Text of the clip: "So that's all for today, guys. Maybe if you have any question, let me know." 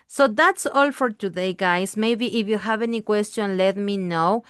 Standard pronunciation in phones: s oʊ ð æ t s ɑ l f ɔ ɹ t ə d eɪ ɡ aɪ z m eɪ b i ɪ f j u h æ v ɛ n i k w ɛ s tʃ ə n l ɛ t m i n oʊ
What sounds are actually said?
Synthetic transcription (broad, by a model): s oʊ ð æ t s ɑ l f ɔ ɹ t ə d eɪ ɡ aɪ s m eɪ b i ɪ f j u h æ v ɛ n i k w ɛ s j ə n l ɛ t m i n oʊ